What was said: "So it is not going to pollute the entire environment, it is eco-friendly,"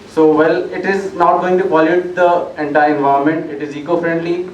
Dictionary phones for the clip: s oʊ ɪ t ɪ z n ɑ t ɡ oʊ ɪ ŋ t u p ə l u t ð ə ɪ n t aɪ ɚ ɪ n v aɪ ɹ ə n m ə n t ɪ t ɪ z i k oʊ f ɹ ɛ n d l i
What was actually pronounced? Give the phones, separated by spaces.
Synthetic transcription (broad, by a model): s oʊ ɪ t ɪ z n ɑ t ɡ oʊ ɪ ŋ t u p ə l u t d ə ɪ n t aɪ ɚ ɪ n v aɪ ə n m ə n t ɪ t ɪ z i k oʊ f ɹ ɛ n d l i